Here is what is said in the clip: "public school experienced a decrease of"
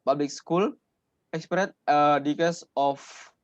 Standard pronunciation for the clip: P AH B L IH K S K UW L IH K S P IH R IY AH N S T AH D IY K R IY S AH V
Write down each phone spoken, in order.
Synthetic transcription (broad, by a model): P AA B L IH K S K UW L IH K S P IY R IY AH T AH D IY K AH S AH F